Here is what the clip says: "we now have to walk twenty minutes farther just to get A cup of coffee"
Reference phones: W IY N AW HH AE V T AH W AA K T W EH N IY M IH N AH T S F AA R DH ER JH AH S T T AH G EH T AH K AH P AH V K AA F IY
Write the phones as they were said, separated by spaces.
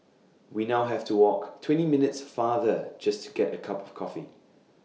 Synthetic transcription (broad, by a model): W IY N AW HH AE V T AH W AA K T W EH N IY M IH N AH T S F AA DH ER JH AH S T T AH G EH T AH K AH P AH V K AA F IY